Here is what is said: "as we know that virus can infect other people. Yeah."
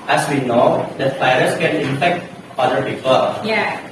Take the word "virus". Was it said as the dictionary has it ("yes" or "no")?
no